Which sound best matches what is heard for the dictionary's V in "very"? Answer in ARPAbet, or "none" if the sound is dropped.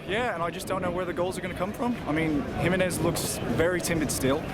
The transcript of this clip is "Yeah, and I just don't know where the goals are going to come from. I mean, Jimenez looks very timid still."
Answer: V